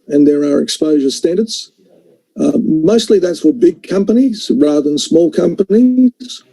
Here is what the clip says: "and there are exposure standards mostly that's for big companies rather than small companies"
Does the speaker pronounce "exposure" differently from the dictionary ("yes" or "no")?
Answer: no